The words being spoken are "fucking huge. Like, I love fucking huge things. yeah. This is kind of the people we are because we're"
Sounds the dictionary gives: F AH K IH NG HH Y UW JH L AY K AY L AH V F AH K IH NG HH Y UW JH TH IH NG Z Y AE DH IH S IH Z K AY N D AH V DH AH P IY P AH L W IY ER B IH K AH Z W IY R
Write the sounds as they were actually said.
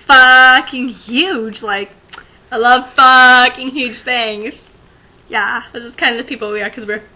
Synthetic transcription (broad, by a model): F AH K IH NG HH Y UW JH L AY K AY L AH V F AH K IH NG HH Y UW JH TH IH NG Z Y AE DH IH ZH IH S K AY N D AH V P IY P L W IY ER K AH Z W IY R